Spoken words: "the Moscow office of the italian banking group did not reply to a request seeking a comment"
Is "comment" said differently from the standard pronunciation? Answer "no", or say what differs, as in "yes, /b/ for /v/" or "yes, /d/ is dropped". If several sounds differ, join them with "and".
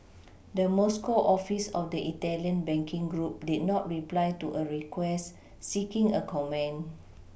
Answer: yes, /t/ is dropped